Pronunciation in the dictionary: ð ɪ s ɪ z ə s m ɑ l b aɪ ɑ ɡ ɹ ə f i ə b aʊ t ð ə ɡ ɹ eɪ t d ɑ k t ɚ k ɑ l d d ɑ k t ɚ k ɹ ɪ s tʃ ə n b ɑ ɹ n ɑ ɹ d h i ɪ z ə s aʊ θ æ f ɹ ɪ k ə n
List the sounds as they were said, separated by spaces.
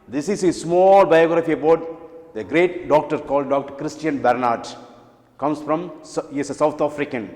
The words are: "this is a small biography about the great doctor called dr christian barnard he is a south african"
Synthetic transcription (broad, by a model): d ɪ s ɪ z ə s m ɑ l b aɪ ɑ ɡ ɹ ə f i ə b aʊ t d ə ɡ ɹ eɪ t d ɑ k t ɚ k ɑ l d d ɑ k t ɚ k ɹ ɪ s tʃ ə n b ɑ ɹ n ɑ ɹ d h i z ə s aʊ t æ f ɹ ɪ k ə n